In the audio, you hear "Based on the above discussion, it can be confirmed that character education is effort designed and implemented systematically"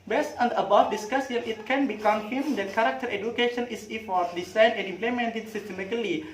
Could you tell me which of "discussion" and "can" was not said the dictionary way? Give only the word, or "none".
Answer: discussion